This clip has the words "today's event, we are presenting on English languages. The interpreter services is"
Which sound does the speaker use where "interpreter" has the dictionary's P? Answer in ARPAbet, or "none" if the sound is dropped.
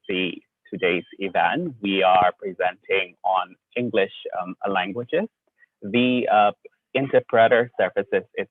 P